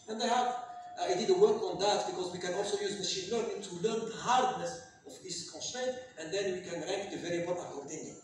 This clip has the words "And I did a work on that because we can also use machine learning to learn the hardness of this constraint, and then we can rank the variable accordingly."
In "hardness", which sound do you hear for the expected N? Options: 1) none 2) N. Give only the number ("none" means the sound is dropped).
2